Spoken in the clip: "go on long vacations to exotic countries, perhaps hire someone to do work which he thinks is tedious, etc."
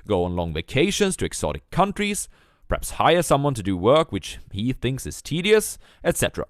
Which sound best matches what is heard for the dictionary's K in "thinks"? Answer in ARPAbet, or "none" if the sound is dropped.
K